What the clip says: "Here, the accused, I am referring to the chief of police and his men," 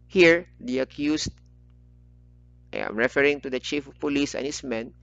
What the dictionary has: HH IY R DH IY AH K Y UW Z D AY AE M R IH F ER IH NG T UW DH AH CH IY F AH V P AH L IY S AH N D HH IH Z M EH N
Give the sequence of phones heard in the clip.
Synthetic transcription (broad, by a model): HH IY R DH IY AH K Y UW S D AY M R IH F ER IH NG T UW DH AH CH IY F P AH L IY S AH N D HH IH S M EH N